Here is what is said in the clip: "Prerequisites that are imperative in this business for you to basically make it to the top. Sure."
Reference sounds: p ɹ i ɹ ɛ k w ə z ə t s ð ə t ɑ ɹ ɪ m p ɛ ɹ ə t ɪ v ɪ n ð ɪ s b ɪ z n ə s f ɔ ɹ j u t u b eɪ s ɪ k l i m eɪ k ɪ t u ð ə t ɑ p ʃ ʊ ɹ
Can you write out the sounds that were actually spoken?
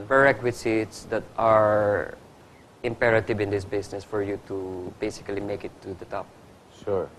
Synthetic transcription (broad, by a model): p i ɹ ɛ k w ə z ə t s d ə t ɑ ɹ ɪ m p ɛ ɹ ə t ɪ v ɪ n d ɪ s b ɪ s n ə s f ɔ ɹ j u t u b eɪ s ɪ k l i m eɪ k ɪ t u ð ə t ɑ p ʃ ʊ ɹ